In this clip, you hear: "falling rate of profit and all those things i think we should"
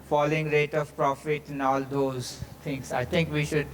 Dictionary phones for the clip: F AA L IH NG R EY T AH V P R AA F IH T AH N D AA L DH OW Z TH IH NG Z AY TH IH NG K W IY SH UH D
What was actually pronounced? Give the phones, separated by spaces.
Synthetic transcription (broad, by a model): F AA L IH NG R EY T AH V P R AA F IH T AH N AA L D OW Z T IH NG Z AY T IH NG K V IY SH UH D